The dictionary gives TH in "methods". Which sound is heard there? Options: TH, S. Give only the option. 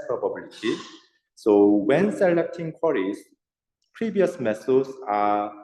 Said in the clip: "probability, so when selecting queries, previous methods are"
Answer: S